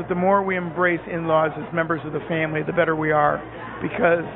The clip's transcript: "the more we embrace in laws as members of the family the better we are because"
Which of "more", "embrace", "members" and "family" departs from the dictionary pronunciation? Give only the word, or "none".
none